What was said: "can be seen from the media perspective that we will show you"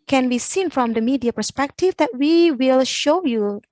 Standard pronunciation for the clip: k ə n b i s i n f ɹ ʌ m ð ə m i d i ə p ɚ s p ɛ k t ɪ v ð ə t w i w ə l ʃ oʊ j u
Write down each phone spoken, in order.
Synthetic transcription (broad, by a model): k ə n b i s i n f ɹ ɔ m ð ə m i d i ə p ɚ s p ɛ k t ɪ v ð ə t w i w ə l ʃ oʊ j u